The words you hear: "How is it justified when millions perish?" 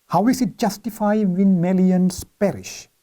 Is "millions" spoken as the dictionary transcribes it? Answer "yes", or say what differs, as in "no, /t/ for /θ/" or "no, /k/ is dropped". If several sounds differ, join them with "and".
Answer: no, /s/ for /z/